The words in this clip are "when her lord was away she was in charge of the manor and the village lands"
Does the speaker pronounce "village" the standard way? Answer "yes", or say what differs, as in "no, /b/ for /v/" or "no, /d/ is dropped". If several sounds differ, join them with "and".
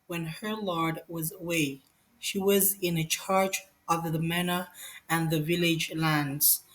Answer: yes